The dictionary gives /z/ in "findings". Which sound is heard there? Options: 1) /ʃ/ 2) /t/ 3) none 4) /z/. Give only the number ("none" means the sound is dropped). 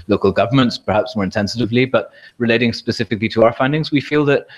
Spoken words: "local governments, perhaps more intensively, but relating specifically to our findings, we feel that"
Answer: 4